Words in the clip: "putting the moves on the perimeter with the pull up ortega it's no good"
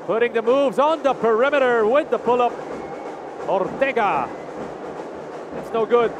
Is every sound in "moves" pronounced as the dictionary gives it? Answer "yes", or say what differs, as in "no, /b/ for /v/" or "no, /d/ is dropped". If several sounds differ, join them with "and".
yes